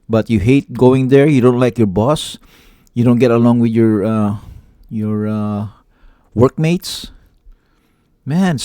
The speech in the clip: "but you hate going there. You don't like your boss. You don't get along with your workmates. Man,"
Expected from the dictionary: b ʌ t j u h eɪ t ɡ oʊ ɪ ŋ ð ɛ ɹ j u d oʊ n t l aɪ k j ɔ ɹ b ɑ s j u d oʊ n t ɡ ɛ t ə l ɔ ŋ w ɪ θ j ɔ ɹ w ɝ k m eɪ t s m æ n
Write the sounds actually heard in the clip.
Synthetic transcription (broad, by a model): b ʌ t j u h eɪ t ɡ oʊ ɪ ŋ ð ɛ ɹ j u d oʊ n t l aɪ k j ɔ ɹ b ɑ s j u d oʊ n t ɡ ɛ t ə l ɔ ŋ w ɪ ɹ j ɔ ɹ w ɝ k m eɪ t s m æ n